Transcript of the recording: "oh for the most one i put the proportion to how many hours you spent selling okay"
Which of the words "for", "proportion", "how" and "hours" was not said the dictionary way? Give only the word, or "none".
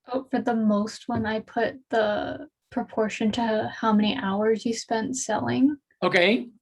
none